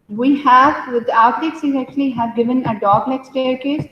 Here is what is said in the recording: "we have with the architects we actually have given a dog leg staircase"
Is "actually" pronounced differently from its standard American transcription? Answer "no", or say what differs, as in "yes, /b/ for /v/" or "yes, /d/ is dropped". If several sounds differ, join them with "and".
no